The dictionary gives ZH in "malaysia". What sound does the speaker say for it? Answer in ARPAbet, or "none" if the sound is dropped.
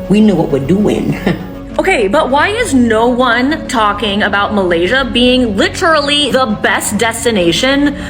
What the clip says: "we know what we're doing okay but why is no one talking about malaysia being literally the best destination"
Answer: ZH